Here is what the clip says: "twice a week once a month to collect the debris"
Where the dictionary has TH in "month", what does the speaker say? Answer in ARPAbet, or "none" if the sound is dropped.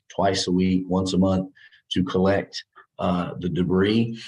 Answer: TH